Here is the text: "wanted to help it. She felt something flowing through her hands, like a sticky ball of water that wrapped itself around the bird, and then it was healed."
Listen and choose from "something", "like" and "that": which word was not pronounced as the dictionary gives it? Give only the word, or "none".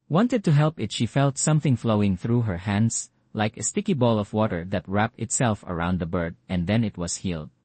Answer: none